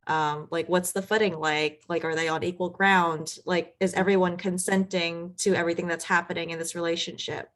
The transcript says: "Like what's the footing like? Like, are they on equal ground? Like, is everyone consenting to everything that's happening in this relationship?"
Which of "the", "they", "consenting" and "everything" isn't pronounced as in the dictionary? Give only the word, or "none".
none